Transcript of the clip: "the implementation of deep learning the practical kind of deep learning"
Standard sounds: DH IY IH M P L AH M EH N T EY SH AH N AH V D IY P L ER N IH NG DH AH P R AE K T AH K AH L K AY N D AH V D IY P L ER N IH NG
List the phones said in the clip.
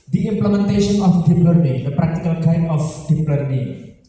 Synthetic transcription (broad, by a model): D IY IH M P L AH M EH N T EY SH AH N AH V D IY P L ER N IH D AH P R AE K T AH K AH L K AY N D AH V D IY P L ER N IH